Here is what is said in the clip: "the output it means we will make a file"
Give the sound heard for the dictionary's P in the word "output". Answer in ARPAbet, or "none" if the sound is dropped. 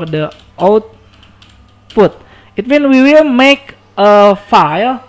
F